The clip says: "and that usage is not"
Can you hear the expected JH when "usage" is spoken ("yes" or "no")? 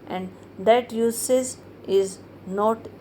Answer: no